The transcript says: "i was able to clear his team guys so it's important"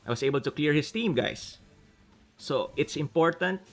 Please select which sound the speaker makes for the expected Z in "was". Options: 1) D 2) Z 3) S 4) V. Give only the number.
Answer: 3